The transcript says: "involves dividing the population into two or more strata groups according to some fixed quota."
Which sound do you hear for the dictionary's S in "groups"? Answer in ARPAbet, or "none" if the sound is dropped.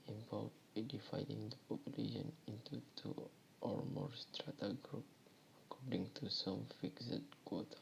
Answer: none